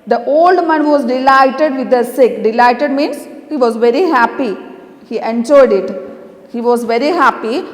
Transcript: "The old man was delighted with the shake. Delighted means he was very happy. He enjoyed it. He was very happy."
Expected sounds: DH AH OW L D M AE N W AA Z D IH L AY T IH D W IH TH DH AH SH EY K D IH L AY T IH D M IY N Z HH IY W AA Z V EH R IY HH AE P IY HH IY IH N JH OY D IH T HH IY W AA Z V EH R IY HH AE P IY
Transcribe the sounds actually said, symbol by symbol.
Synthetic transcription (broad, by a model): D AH OW L D M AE N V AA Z D IH L AY T IH D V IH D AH S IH K D IH L AY T IH D M IY N S HH IY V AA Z V EH R IY HH AE P IY HH IY IH N JH OY D IH T HH IY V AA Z V EH R IY HH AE P IY